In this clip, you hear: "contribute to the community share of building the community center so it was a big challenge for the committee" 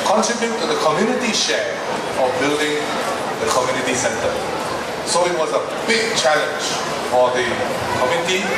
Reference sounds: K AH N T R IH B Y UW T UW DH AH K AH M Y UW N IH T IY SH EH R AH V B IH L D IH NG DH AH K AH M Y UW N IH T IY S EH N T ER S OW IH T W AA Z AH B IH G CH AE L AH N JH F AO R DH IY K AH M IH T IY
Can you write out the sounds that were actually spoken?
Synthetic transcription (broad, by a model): K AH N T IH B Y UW T UW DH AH K AH M Y UW N IH T IY SH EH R AH V B IH L D IH NG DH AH K AH M Y UW N IH T IY S EH N T ER S OW IH T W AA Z AH B IH G CH AE L AH N JH F AO R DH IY K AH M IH T IY